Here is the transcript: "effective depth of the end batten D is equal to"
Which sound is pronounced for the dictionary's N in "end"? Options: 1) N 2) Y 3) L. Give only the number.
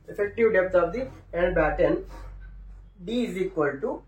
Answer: 3